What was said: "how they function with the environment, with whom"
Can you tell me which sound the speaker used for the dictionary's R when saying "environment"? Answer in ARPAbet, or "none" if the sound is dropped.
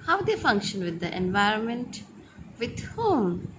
R